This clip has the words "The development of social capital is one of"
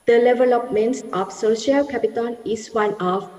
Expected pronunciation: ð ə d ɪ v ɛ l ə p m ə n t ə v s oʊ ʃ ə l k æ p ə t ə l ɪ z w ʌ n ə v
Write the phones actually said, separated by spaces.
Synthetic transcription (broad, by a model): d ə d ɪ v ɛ l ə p m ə n t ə f s oʊ ʃ ə l k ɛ p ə t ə n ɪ s w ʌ n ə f